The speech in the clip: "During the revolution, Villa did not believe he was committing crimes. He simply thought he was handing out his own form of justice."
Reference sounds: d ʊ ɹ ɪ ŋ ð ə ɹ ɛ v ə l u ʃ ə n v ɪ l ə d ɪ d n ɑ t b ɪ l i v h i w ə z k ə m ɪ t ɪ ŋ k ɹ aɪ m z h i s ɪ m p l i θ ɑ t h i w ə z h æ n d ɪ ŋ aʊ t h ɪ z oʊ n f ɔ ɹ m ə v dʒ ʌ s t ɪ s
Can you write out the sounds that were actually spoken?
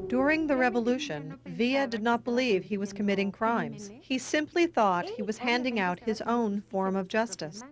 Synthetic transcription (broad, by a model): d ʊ ɹ ɪ ŋ ð ə ɹ ɛ v ə l u ʃ ə n v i ə d ɪ d n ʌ t b ɪ l i v i w ə z k ə m ɪ t ɪ ŋ k ɹ aɪ m z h i s ɪ m p l i θ ɑ t h i w ə z h æ n d ɪ ŋ aʊ t h ɪ z oʊ n f ɔ ɹ m ə v dʒ ʌ s t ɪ s